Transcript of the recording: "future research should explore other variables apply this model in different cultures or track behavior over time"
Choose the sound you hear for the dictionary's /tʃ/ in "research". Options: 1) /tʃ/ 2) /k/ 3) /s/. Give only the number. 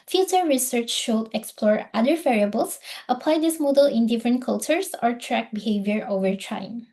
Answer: 1